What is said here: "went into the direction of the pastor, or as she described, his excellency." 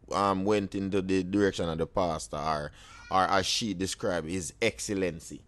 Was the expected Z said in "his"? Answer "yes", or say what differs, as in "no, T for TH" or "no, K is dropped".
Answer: yes